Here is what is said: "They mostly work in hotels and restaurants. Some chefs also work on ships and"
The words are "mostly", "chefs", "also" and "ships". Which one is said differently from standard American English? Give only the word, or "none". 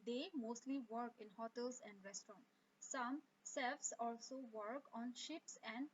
chefs